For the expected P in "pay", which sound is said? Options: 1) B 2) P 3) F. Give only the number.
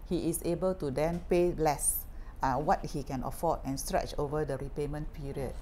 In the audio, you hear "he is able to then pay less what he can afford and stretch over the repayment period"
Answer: 2